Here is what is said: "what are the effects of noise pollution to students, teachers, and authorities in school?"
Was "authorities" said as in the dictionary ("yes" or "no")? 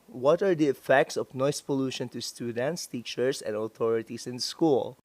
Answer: no